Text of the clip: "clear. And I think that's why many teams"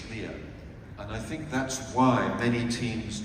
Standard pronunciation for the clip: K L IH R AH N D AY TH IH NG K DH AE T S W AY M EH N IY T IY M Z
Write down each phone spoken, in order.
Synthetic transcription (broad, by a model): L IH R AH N AY TH IH NG K DH AE T S W AY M EH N IY T IY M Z